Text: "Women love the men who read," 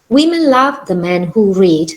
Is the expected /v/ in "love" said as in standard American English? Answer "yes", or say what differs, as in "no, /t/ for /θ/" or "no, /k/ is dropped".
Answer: yes